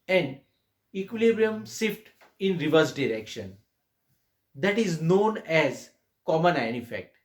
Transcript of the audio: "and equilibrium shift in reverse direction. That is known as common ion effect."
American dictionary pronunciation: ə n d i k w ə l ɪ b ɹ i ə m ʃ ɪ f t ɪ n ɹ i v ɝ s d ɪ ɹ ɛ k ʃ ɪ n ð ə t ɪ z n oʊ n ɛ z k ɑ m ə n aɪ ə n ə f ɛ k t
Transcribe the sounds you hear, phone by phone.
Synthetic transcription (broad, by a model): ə n d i k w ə l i b ɹ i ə m s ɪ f t ɪ n ɹ i v ɝ s d ɪ ɹ ɛ k ʃ ɪ n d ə t ɪ z n oʊ n ɛ z k ɑ m ə n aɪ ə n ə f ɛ k t